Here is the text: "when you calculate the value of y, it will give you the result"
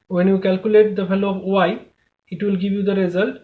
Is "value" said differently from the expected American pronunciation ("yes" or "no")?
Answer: yes